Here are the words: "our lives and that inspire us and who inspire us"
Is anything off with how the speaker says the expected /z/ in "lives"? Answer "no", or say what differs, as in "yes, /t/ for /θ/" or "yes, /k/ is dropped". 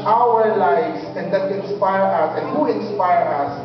yes, /s/ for /z/